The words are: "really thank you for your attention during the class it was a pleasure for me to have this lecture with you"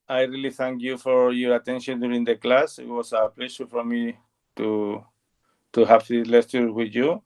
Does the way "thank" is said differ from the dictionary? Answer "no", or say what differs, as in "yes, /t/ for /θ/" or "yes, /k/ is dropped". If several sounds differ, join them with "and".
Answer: no